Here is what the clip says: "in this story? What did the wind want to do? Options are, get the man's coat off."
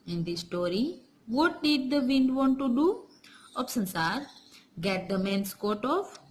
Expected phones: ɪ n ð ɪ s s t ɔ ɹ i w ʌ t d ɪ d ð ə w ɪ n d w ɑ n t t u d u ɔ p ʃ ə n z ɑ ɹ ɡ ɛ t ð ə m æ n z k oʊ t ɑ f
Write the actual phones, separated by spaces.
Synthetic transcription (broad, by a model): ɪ n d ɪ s s t ɔ ɹ i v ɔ t d ɪ d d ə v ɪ n d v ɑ n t t u d u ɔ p s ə n s ɑ ɹ ɡ ɛ t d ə m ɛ n s k oʊ t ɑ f